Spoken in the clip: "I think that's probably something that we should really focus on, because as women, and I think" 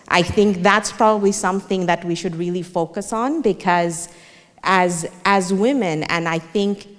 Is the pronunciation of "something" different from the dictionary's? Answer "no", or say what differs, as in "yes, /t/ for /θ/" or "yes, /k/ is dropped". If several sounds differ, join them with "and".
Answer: no